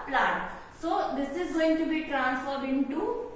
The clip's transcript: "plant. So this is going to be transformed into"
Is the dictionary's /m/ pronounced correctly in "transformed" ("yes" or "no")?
no